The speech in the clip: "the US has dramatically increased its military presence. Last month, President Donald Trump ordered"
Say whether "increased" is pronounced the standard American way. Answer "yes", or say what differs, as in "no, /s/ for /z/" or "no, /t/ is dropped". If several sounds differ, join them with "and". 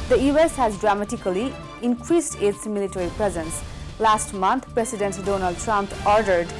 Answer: yes